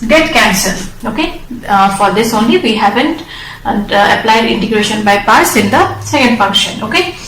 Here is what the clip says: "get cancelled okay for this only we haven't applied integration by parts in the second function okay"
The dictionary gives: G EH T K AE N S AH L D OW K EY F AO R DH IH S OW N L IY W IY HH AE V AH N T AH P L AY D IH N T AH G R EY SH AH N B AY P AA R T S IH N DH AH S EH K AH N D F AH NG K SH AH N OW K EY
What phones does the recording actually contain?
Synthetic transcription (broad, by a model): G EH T K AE N S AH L OW K EY F AO R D IH S OW N L IY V IY HH AE V AH N T AH P L AY D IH N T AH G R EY SH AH N B AY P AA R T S IH N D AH S EH K AH N D F AH NG K SH AH N OW K EY